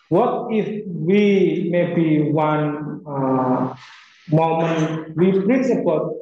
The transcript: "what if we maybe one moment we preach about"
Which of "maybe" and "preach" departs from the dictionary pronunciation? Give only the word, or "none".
preach